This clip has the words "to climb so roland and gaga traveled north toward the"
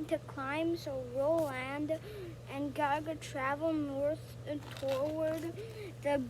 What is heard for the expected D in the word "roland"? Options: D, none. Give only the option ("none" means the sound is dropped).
D